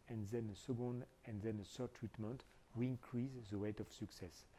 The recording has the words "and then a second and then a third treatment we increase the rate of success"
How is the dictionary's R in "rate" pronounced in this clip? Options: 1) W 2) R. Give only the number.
1